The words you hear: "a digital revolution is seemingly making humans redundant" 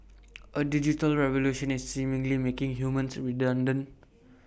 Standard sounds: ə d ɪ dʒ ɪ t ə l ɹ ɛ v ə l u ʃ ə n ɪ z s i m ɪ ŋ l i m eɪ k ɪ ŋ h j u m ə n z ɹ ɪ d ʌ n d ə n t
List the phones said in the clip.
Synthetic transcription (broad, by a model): ə d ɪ dʒ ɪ t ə l ɹ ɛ v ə l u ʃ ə n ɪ s i m ɪ ŋ l i m eɪ k ɪ ŋ h j u m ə n s ɹ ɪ d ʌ n d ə n